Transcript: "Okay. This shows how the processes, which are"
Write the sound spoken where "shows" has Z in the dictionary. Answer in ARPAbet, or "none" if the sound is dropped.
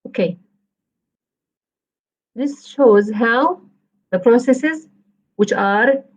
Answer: Z